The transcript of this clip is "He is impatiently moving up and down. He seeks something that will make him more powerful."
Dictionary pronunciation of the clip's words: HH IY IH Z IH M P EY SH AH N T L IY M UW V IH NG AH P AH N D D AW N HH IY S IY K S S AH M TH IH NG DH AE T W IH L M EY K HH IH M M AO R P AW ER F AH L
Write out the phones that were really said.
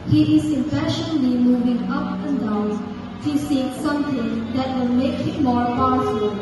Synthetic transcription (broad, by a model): HH IY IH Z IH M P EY SH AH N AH L IY M UW V IH NG AH P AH N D D AW N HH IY S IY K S S AH M T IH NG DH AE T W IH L M EY K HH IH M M AO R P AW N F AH